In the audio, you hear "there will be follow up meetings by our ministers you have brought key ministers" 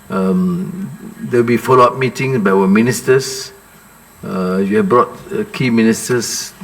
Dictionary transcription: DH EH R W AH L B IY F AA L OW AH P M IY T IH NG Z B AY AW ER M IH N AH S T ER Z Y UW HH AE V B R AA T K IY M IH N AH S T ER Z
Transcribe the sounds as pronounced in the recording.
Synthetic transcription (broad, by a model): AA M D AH W B IY F AA L OW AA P M IY T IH NG S B AY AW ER M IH N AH S T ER S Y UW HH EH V B R AA T K IY M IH N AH S T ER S